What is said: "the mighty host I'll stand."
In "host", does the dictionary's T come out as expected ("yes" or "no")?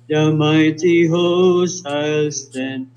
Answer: no